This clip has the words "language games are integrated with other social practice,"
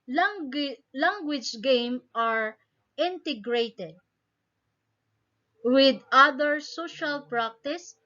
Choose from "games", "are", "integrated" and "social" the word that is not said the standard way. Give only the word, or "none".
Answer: games